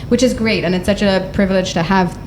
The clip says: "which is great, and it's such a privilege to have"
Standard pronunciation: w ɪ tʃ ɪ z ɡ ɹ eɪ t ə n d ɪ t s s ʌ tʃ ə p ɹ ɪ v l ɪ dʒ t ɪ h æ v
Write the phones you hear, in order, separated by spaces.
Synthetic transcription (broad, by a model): w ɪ tʃ ɪ z ɡ ɹ eɪ t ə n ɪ t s s ʌ tʃ ə p ɹ ɪ v l ɪ dʒ t ɪ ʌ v